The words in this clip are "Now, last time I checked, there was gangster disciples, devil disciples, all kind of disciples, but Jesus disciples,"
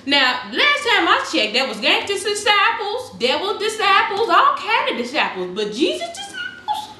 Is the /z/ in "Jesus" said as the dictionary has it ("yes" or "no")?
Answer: yes